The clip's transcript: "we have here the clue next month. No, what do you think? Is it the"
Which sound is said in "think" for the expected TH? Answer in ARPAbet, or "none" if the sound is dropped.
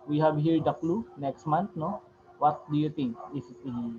T